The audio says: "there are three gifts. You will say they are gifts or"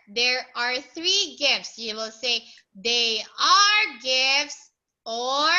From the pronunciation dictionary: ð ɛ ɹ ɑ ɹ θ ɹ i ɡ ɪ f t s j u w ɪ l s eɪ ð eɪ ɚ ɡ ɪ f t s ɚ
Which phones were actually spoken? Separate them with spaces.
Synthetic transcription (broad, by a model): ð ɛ ɹ ɑ ɹ θ ɹ i ɡ ɪ f t s j u w ɪ l s eɪ ð eɪ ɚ ɡ ɪ f t s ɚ